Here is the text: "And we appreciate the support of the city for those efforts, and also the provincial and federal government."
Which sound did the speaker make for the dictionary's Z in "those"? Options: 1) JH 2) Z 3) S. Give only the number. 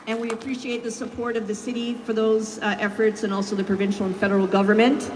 2